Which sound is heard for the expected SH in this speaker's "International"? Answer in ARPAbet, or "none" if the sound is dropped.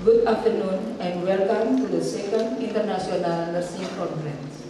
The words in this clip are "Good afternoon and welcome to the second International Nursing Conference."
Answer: S